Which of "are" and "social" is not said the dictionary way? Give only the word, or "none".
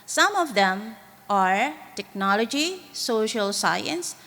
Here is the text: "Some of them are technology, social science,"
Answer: none